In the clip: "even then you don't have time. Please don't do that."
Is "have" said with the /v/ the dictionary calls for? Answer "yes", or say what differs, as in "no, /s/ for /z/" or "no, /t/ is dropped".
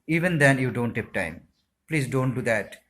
no, /p/ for /v/